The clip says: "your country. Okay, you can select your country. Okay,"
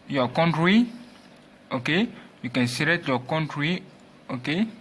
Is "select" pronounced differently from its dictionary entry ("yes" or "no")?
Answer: yes